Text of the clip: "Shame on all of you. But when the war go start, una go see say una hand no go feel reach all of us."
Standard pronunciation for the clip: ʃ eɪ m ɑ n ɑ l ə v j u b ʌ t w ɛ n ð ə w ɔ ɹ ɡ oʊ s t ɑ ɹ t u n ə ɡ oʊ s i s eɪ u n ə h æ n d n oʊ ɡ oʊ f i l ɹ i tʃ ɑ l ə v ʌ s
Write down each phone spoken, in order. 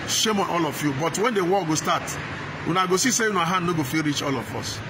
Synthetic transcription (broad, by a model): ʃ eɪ m ɑ n ɑ l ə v j u b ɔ t w ɛ n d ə w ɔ l ɡ oʊ s t ɑ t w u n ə ɡ oʊ s i s eɪ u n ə h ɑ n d n oʊ ɡ oʊ f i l ɹ i tʃ ɑ l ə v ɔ s